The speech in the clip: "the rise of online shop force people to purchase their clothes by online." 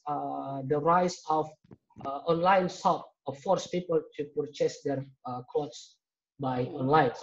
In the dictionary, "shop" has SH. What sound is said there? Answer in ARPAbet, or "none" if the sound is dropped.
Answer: S